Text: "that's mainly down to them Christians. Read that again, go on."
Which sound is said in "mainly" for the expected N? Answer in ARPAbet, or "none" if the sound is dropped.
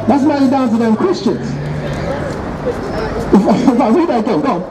none